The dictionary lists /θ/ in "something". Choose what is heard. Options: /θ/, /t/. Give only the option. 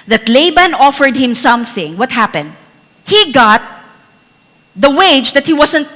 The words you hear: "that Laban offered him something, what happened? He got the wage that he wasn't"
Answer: /θ/